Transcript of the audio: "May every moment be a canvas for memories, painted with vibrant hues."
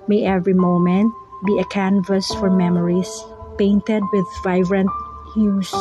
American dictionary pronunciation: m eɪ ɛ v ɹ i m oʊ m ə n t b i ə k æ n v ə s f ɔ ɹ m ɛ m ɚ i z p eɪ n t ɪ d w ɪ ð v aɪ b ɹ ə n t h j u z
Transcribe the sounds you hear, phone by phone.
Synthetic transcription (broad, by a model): m eɪ ɛ v ɹ i m oʊ m ə n t b i ə k æ n v ə s f ɔ ɹ m ɛ m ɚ i s p eɪ n t ɪ d w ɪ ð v aɪ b ɹ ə n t h j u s